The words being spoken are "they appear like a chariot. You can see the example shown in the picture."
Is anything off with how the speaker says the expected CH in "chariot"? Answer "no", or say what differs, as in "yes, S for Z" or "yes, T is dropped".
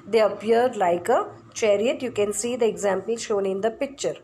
no